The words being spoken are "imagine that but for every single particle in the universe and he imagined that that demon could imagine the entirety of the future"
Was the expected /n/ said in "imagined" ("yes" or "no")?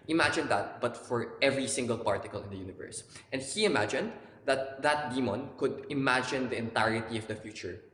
yes